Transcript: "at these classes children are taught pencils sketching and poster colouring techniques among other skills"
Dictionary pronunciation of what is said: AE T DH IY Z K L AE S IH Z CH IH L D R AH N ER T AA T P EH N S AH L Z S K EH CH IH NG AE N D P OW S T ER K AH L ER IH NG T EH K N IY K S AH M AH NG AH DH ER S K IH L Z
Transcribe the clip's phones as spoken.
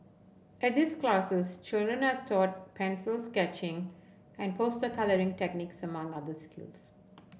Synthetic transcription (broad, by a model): AE T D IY S K L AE S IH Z CH IH L D R AH N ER T AA T P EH N S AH L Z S K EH CH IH NG AE N D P OW S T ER K AH L ER IH NG T EH K N IY K S AH M AH NG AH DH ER S K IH L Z